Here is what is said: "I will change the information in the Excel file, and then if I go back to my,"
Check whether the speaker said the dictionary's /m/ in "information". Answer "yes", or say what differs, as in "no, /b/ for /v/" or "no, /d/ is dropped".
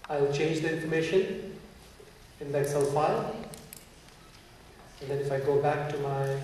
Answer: yes